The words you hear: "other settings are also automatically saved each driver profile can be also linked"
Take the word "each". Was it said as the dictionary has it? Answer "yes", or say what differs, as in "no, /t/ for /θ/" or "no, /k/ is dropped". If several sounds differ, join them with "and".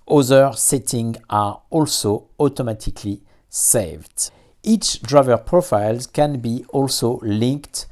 yes